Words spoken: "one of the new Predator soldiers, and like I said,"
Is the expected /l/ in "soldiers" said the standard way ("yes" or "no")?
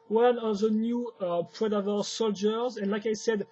yes